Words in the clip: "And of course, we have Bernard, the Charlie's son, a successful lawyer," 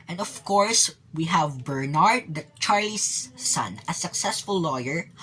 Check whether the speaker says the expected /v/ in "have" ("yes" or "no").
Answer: yes